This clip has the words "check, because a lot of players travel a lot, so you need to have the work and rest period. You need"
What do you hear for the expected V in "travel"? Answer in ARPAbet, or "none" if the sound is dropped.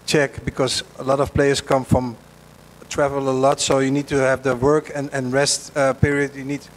V